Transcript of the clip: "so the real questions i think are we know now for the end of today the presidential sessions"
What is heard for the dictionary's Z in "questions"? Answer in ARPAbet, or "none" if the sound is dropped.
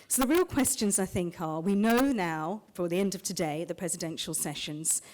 Z